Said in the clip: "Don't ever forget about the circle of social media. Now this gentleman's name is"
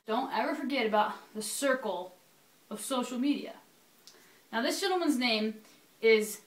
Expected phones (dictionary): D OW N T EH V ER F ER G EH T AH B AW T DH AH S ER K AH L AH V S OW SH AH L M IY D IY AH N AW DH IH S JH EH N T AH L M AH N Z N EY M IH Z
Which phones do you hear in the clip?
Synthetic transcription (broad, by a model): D OW N T EH V ER F ER G EH T AH B AW T DH AH S ER K L AH V S OW SH L M IY D IY AH N AW DH IH S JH EH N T L M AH N Z N EY M IH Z